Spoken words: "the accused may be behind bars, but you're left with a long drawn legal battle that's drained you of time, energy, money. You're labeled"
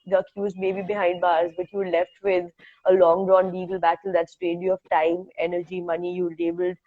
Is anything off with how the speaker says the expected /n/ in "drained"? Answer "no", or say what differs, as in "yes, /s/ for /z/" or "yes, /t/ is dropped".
yes, /n/ is dropped